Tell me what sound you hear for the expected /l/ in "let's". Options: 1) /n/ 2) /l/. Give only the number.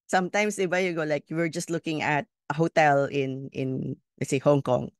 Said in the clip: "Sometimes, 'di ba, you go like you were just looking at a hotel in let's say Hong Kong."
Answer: 1